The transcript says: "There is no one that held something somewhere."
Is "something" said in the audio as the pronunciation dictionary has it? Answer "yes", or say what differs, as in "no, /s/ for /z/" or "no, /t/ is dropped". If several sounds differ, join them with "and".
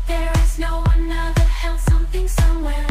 yes